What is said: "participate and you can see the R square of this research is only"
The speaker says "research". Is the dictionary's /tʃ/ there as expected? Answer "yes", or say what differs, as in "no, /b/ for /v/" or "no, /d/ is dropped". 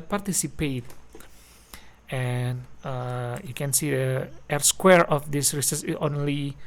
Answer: no, /s/ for /tʃ/